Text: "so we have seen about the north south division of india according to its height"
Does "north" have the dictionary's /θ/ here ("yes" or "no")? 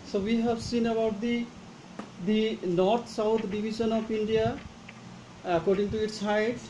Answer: no